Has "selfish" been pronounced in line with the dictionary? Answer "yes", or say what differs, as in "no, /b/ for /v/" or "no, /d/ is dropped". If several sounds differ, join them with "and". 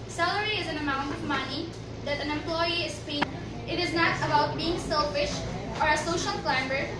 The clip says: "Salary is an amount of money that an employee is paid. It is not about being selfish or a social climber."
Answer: yes